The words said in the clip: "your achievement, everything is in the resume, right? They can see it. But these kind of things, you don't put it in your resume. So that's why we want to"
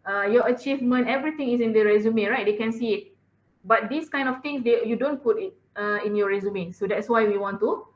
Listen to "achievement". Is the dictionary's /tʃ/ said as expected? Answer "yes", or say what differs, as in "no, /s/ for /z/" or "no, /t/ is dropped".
yes